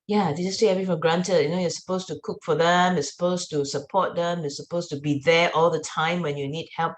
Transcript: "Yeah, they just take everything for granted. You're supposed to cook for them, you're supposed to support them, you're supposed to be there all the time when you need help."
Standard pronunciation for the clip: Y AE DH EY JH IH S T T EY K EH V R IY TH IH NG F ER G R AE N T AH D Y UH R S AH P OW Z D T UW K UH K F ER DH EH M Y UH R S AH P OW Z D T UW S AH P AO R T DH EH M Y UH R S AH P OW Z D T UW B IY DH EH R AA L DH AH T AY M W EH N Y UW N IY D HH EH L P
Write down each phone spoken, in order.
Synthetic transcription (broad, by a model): Y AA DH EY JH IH S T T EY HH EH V IY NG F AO G R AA N T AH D Y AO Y S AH P OW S T UW K UH K F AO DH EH M Y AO S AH P OW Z T UW S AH P AO T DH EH M Y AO S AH P OW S T UW B IY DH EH AA L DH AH T AY M W EH N Y UW N IY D HH EH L P